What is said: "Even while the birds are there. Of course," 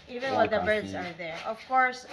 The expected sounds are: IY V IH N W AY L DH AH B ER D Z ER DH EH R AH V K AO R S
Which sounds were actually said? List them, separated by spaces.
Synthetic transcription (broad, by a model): IY V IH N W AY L DH AH B ER D Z ER DH EH R AH V K AO R S